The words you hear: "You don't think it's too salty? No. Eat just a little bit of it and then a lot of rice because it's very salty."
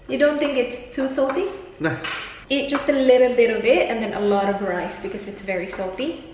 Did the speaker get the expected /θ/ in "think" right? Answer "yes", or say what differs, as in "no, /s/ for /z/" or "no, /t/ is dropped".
yes